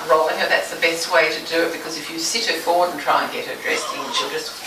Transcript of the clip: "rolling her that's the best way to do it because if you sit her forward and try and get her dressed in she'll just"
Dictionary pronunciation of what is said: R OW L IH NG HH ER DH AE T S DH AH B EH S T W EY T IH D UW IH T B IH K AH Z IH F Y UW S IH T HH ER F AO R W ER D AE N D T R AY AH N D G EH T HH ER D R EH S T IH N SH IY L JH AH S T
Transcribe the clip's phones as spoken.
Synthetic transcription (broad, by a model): R OW L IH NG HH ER DH AE T S DH AH B EH S T W EY T IH D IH IH T B IH K AH Z IH F Y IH S IH T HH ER F AO R W ER D N T R AY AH N G EH T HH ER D R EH S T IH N SH IY L JH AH S T